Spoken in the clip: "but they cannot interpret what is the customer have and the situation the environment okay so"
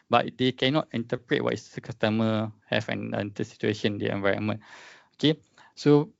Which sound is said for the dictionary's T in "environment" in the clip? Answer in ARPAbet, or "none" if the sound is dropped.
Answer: none